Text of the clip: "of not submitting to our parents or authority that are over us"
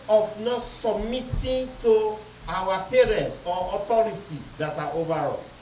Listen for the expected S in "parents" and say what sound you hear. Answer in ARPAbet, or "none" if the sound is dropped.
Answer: S